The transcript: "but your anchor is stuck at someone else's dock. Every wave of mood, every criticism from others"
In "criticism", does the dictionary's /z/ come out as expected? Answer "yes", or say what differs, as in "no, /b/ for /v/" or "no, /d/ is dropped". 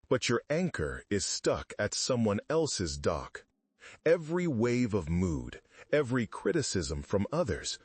yes